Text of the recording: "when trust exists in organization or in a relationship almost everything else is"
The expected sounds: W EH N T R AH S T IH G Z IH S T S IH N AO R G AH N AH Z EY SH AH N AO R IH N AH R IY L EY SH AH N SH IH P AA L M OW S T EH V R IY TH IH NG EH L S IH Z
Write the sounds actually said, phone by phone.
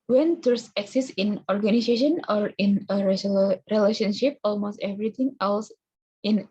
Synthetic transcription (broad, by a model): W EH N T AH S IH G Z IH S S IH N AO R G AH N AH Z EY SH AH N AO R IH N AH R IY L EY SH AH N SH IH P AA L M OW S T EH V R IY T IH NG EH L S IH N